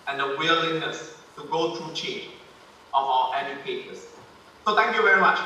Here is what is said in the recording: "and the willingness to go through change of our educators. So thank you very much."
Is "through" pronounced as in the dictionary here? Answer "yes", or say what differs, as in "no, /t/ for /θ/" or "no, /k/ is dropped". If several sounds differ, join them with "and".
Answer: no, /t/ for /θ/